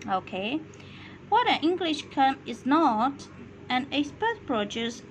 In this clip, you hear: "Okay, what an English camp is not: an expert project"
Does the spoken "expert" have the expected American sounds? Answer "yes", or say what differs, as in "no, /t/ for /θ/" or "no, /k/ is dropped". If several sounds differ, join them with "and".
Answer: no, /k/ is dropped